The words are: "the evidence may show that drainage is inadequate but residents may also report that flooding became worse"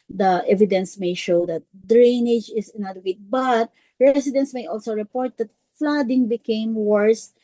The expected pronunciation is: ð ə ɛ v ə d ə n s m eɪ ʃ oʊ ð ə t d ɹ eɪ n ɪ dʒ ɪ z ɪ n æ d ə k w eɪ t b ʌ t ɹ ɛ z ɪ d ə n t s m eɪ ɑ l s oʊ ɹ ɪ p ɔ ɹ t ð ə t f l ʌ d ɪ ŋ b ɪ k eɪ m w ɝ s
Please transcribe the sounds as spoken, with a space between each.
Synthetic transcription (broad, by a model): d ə ɛ v ə d ə n s m eɪ ʃ oʊ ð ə t d ɹ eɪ n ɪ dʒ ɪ s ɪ n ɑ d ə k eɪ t b ʌ t ɹ ɛ s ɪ d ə n s m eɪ ɑ l s oʊ ɹ ɪ p ɔ ɹ t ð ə t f l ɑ d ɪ ŋ b ɪ k eɪ m w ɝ s